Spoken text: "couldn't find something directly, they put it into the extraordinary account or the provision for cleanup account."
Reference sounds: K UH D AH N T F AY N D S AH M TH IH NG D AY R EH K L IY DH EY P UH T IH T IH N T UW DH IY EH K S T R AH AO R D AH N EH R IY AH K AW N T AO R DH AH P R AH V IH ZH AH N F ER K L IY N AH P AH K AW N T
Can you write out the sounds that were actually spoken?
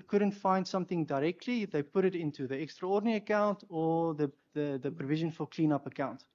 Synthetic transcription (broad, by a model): K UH D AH N T F AY N D S AH M TH IH NG D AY R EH K L IY DH EY P UH T IH T IH N T UW DH IY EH K S T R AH AO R D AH N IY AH K AW N T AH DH DH AH P R AH V IH ZH AH N F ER K L IY N AH P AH K AW N T